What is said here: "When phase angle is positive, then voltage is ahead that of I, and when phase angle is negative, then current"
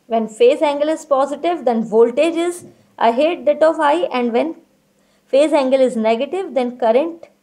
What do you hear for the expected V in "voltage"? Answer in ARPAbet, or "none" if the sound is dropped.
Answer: V